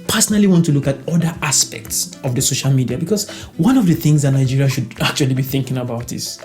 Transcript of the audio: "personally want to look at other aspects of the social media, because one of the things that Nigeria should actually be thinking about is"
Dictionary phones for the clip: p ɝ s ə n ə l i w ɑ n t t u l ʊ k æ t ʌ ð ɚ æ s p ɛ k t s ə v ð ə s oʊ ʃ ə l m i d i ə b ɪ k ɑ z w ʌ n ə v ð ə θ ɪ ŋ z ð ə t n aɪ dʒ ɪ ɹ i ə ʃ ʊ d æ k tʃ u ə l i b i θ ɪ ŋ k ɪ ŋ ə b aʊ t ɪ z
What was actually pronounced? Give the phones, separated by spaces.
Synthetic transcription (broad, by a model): p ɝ s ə n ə l i w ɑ n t t u l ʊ k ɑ t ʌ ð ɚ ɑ s p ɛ k t s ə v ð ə s oʊ ʃ ə l m i d i ə b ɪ k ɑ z w ʌ n ə v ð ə θ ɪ ŋ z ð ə t n aɪ dʒ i ɹ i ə ʃ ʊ d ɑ k tʃ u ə l i b i θ ɪ ŋ k ɪ ŋ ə b aʊ t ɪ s